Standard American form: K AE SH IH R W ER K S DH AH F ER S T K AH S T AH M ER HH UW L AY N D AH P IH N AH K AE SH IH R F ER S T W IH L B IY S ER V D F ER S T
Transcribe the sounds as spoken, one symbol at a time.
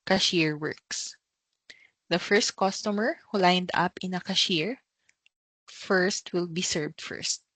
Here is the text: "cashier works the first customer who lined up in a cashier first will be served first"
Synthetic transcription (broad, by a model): K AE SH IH R W ER K S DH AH F ER S T K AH S T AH M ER HH UW L AY N D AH P IH N AH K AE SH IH R F ER S T W IH L B IY S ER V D F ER S T